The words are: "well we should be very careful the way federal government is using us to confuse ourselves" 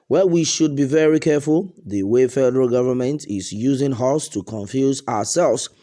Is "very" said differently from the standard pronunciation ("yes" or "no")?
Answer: no